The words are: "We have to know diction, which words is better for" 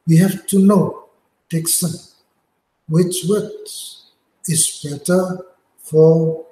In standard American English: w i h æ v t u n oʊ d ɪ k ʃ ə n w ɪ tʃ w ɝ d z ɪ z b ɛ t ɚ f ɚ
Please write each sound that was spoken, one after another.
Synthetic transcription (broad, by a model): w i h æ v t u n oʊ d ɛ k s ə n w ɪ tʃ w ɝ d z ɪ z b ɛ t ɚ f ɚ